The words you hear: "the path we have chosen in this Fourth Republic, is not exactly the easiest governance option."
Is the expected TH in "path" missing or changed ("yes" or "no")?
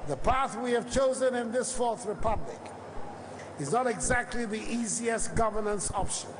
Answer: no